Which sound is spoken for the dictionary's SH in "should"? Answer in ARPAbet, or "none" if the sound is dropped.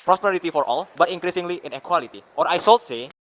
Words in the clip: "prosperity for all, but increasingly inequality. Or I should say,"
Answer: S